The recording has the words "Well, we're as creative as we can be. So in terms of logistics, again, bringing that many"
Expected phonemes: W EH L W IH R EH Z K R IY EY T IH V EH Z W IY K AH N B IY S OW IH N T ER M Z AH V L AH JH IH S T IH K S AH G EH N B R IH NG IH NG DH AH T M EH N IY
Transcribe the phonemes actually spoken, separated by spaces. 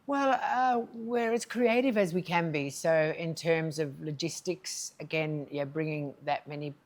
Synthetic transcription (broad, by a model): W EH L W IH R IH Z K R IY EY T IH V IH Z W IY K AH N B IY S OW IH N T ER M Z AH V L AH JH IH S T IH K S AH G EH N B R IH NG IH NG DH AH T M EH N IY